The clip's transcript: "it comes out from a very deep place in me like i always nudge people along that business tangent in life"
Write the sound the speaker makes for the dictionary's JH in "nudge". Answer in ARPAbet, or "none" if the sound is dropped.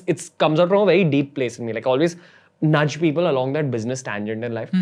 JH